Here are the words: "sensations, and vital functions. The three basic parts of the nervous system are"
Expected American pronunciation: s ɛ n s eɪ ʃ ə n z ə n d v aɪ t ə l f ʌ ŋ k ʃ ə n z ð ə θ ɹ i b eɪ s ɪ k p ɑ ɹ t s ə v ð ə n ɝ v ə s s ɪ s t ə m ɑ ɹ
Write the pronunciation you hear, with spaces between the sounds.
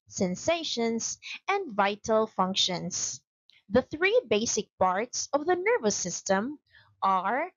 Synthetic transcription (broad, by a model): s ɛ n s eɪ ʃ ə n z ə n d v aɪ t ə l f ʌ ŋ k ʃ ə n s ð ə θ ɹ i b eɪ s ɪ k p ɑ ɹ t s ə v ð ə n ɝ v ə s s ɪ s t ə m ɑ ɹ